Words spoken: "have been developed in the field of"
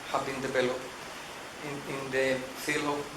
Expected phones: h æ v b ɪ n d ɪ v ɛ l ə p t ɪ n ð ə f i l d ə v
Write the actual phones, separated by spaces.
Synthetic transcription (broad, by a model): h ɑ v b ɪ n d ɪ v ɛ l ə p ɪ n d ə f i l ə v